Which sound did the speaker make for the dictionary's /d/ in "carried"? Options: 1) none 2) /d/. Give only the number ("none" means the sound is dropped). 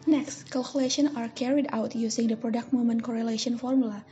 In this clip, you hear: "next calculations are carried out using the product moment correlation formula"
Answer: 2